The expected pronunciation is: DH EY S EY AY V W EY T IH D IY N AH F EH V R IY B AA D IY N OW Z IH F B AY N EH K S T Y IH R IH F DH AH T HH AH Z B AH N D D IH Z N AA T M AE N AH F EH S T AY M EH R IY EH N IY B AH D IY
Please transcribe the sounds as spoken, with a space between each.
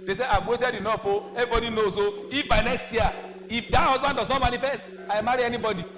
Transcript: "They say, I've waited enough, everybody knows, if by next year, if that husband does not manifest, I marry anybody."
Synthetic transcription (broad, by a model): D EY S EY AY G W EY T IH D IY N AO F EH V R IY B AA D IY N OW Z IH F B AY N EH K S T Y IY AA IH F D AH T HH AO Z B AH N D D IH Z N AA T M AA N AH F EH S T AY M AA R IY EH N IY B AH D IY